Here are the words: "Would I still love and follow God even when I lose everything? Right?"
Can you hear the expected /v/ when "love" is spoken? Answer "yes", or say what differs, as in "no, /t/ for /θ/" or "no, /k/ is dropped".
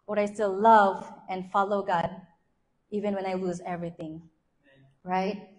yes